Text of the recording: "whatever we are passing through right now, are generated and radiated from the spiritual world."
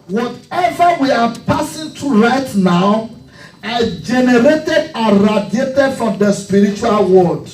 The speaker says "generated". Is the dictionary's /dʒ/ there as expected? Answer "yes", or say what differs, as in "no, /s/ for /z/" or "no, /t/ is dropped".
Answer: yes